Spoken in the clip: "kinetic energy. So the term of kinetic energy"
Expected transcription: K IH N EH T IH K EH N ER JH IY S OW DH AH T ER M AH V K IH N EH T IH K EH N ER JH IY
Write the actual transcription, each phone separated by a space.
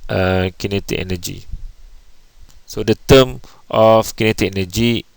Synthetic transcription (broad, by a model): K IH N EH T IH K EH N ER JH IY S OW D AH T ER M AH F K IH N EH T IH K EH N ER JH IY